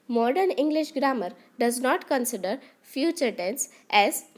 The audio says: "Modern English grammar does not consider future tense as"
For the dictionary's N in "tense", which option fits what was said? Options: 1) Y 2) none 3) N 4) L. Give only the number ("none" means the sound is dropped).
3